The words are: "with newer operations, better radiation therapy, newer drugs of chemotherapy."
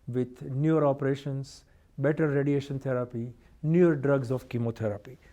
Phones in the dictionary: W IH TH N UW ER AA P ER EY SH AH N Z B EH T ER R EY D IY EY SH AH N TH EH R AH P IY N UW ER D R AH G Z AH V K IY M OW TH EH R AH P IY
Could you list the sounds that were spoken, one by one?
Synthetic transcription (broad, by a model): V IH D N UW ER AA P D EY SH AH N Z B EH T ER R EY D IY EY SH AH N T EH R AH P IY N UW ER D R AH G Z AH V K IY M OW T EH R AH P IY